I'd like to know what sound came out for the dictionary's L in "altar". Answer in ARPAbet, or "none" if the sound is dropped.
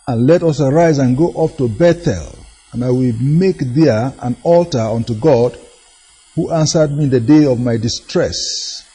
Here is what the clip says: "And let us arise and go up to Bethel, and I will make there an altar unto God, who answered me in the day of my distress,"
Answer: L